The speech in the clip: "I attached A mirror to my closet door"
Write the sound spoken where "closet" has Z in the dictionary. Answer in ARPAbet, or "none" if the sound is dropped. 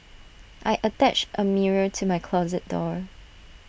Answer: Z